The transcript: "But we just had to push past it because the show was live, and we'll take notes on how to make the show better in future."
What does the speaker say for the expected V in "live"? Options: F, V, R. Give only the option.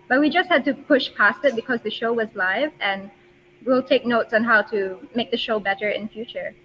V